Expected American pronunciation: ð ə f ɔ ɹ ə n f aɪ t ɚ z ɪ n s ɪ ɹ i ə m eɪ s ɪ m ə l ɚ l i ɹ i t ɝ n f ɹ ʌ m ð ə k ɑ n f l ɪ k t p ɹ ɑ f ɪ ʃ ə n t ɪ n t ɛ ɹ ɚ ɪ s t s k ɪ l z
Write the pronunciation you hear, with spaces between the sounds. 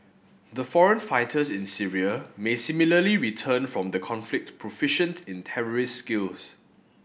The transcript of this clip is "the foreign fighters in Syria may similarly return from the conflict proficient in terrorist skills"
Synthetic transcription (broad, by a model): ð ə f ɔ ɹ ə n f aɪ t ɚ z ɪ n s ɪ ɹ i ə m eɪ s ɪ m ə l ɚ l i ɹ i t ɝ n f ɹ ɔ m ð ə k ɑ n f l ɪ k t p ɹ ɑ f ɪ ʃ ə n t ɪ n t ɛ ɹ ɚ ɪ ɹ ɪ s k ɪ l s